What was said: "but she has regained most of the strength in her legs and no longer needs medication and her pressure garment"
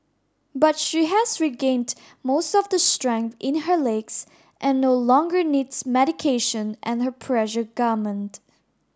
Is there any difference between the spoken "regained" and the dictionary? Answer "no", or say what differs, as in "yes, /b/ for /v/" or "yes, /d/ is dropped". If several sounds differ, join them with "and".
no